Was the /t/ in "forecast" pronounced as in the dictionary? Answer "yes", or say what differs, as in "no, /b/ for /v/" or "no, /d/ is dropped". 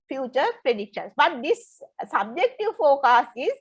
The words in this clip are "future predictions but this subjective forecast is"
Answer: no, /t/ is dropped